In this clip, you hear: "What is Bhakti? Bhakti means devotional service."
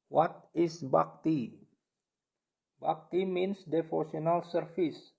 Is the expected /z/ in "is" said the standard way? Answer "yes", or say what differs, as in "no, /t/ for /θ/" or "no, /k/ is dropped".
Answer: no, /s/ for /z/